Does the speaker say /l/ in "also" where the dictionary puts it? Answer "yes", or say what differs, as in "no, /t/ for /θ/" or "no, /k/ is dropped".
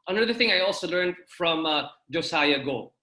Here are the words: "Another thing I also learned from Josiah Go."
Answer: yes